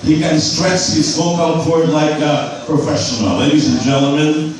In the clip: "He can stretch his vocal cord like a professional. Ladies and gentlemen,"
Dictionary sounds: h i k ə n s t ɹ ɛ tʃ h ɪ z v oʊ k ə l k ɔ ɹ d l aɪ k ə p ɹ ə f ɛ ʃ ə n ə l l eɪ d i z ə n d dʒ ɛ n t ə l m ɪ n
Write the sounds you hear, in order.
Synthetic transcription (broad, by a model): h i k ə n s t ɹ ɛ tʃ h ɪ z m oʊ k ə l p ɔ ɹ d l aɪ k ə p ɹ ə f ɛ ʃ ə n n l l eɪ d i z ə n dʒ ɛ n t l m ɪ n